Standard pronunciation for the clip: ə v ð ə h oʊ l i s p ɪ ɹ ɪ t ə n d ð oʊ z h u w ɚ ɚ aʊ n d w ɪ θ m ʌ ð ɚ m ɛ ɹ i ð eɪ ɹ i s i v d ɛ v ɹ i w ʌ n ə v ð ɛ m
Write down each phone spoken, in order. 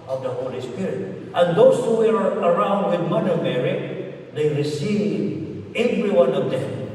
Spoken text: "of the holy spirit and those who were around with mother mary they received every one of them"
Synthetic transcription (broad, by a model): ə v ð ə h oʊ l i s p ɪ ɹ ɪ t ə n d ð oʊ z h u w ɚ ɚ aʊ n d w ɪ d m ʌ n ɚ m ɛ ɹ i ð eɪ ɹ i s i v ɛ v ɹ i w ʌ n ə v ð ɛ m